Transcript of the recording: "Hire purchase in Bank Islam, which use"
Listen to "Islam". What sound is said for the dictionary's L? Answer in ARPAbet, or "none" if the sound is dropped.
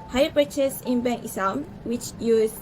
none